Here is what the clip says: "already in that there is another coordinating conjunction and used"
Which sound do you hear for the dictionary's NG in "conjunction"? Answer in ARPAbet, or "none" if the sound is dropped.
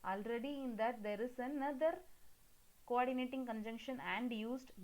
NG